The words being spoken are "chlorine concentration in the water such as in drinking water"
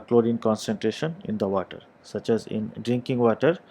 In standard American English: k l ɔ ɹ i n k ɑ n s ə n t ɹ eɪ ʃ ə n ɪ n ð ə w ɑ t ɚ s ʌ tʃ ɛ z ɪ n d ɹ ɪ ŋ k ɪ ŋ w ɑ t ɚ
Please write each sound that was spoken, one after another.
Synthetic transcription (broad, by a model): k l ɔ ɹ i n k ɑ n s ə n t ɹ eɪ ʃ ə n ɪ n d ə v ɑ t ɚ s ʌ tʃ ɛ z ɪ n d ɹ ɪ ŋ k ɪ ŋ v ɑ t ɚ